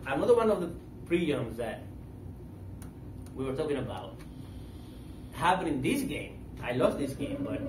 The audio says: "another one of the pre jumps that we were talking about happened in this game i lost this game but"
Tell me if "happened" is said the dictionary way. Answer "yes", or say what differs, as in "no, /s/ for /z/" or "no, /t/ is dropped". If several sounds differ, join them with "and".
no, /d/ is dropped